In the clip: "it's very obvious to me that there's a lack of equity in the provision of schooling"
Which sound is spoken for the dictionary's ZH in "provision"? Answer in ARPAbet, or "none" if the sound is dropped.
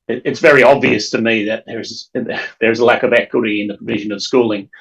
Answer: ZH